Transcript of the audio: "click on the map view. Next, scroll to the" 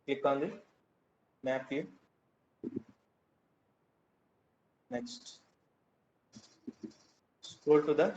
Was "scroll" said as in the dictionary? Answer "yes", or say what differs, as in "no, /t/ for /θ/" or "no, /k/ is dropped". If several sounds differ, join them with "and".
no, /ɹ/ is dropped